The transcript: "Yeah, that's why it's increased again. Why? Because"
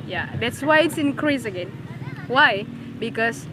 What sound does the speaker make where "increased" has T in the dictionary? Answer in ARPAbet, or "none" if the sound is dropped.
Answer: none